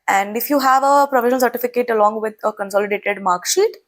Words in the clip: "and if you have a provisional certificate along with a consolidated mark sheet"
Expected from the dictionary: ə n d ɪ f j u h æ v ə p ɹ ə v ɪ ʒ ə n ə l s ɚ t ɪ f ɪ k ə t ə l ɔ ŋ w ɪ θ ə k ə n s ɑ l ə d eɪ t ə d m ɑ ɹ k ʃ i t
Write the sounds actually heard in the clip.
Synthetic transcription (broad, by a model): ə n d ɪ f j u h æ v ə p ɹ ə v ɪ ʃ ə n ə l s ɚ t ɪ f ɪ k ə t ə l ɔ ŋ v ɪ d ə k ə n s ɑ l ə d eɪ t ə d m ɑ ɹ k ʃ i t